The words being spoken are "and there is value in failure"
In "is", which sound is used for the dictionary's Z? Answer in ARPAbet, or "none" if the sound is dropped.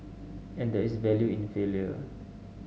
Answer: S